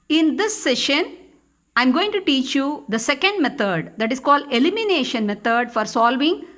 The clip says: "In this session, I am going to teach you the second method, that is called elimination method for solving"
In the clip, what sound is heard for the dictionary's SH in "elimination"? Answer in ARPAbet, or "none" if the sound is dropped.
SH